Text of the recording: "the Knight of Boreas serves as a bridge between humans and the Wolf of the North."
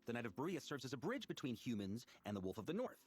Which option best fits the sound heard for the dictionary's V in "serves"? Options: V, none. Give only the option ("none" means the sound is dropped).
V